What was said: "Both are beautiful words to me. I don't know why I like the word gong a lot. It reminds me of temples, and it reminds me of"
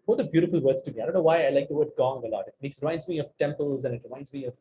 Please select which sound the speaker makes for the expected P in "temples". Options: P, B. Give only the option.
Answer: P